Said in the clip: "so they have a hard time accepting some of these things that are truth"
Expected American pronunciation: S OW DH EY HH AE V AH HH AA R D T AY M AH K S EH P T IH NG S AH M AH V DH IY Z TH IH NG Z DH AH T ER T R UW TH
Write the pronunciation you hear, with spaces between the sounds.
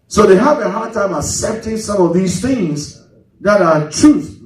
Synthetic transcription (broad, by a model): S OW DH EY HH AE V AH HH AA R D T AY M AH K S EH P T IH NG S AH M AH V DH IY Z TH IH NG Z DH AH T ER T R UW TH